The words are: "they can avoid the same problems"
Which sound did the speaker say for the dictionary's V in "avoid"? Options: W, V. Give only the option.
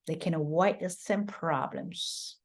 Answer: W